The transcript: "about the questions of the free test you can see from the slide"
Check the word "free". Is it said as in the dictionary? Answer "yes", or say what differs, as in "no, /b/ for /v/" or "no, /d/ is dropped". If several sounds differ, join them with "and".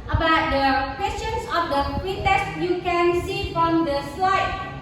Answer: no, /p/ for /f/